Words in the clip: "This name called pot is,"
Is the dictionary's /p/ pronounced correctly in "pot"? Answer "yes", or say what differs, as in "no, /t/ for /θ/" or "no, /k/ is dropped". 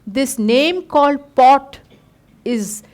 yes